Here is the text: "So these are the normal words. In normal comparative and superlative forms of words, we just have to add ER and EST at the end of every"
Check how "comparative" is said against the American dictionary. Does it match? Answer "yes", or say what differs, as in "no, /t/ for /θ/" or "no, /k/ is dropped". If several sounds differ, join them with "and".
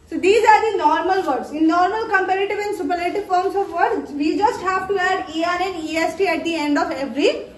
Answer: yes